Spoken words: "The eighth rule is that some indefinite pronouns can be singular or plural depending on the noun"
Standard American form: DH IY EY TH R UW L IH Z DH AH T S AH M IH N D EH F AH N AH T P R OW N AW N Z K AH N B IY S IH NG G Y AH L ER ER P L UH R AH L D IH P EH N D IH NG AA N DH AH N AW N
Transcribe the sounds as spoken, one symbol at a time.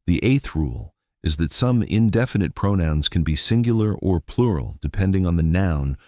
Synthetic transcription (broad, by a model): DH IY EY TH R UW L IH Z DH AH T S AH M IH N D EH F AH N AH T P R OW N AW N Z K N B IY S IH NG G Y L ER ER P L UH R L D IH P EH N D IH NG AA N DH AH N AW N